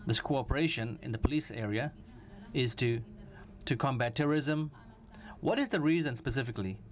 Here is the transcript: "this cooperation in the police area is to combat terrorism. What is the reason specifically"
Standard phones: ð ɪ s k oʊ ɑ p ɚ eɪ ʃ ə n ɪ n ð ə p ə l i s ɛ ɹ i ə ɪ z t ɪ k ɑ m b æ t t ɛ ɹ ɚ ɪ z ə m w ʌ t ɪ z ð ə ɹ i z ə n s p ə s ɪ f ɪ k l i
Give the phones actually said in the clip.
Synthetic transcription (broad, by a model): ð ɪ s k oʊ ɑ p ɚ eɪ ʃ ə n ɪ n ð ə p ə l i s ɛ ɹ i ə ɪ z t ɪ k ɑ m b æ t t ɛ ɹ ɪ z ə m w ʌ t ɪ z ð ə ɹ i z ə n s p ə s ɪ f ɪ k l i